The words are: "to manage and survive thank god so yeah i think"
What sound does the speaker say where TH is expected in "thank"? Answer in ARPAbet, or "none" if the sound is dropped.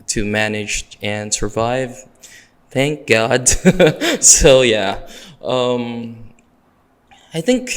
TH